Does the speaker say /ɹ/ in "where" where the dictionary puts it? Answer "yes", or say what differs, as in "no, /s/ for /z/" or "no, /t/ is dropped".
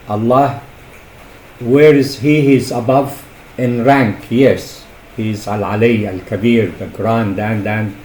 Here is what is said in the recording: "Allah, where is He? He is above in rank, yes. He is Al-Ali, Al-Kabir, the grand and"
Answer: yes